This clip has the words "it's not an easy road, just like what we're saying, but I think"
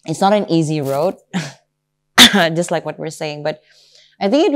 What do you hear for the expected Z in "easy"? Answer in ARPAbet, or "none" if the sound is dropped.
Z